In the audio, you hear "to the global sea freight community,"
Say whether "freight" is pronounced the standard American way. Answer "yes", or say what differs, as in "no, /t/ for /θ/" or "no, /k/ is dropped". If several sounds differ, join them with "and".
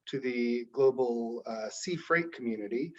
yes